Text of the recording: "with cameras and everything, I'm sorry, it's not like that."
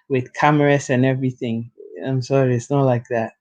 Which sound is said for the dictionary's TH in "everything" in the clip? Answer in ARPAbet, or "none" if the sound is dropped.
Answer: TH